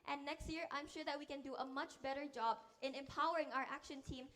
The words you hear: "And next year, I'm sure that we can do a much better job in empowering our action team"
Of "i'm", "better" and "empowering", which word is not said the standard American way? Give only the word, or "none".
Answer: none